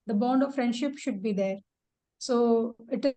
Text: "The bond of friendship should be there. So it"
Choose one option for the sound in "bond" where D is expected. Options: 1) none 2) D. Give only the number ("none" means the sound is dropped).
2